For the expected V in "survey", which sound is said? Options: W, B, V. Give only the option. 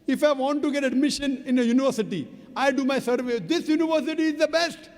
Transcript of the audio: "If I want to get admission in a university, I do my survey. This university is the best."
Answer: V